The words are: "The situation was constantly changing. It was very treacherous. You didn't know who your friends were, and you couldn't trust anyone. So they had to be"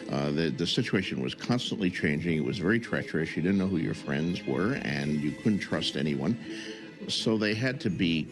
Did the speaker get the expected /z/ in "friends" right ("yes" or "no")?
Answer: yes